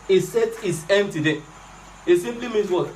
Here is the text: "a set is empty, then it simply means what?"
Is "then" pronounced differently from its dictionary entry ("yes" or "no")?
yes